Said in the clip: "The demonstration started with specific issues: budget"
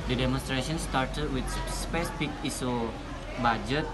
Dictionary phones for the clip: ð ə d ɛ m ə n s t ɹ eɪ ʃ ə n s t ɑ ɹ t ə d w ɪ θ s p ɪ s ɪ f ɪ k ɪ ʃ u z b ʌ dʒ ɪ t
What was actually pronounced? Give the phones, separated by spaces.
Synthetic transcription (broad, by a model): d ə d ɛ m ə n s t ɹ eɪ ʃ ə n s t ɑ ɹ t ə d w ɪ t s p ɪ s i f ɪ k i s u b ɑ dʒ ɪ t